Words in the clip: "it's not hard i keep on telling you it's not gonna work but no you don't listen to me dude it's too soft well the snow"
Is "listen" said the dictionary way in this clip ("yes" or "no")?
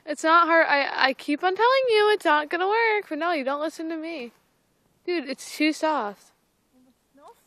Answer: yes